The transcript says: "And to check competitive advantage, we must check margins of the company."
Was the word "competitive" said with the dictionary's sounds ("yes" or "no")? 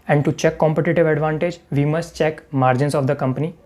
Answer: yes